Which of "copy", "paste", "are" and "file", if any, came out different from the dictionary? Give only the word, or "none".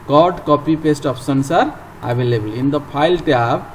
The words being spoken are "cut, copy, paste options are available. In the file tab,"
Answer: file